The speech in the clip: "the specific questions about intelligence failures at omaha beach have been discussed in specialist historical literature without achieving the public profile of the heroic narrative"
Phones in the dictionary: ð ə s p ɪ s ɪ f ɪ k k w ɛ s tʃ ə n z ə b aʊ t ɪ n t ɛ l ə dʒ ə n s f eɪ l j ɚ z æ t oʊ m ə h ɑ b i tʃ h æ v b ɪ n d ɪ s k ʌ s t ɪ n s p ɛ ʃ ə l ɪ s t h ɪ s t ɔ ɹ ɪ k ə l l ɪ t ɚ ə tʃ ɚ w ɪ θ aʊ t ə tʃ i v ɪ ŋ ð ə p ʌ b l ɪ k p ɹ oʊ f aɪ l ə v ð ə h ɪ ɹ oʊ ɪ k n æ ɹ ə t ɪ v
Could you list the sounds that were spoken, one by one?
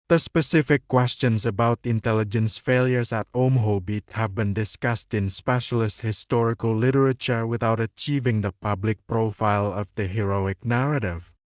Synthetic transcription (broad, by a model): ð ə s p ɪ s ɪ f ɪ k k w ɛ s tʃ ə n s ə b aʊ t ɪ n t ɛ l ə dʒ ə n s f eɪ l j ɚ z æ t oʊ m h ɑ b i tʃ h æ v b ɪ n d ɪ s k ʌ s t ɪ n s p ɛ ʃ ə l ɪ s t h ɪ s t ɔ ɹ ɪ k ə l l ɪ t ɚ ə tʃ ɚ w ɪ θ aʊ t ə tʃ i v ɪ ŋ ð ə p ʌ b l ɪ k p ɹ oʊ f aɪ l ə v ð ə h ɪ ɹ oʊ ɪ k n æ ɹ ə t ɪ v